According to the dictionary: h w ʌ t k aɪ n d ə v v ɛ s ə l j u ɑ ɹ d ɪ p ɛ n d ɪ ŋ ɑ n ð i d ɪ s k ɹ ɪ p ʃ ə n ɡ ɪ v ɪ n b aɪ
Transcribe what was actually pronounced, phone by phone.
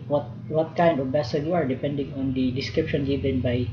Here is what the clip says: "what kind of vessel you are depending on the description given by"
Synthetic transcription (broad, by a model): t w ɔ t k aɪ n d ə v b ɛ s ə j u ɑ ɹ d ɪ p ɛ n d ɪ ŋ ɑ n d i d ɪ s k ɹ ɪ p ʃ ə n ɡ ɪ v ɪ n b aɪ